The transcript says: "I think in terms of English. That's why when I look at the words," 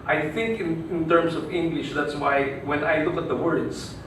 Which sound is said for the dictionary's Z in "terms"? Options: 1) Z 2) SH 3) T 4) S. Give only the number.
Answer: 4